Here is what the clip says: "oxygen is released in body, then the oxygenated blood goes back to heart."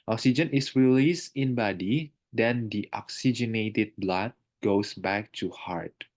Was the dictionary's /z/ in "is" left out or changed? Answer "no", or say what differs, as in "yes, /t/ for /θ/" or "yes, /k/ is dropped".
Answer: yes, /s/ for /z/